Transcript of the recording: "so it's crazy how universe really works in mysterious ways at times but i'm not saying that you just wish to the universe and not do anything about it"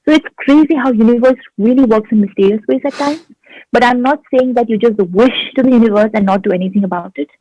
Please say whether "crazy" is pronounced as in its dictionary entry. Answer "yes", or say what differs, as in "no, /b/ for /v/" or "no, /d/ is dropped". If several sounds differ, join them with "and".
yes